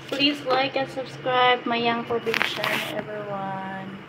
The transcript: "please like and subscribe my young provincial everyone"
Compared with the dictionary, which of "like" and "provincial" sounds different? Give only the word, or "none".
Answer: provincial